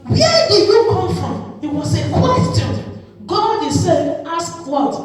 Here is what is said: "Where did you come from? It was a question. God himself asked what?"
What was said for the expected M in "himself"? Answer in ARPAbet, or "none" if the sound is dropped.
none